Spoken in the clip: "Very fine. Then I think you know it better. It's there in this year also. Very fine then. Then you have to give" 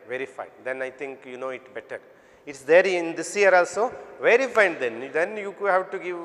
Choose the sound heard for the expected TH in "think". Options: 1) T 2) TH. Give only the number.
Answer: 1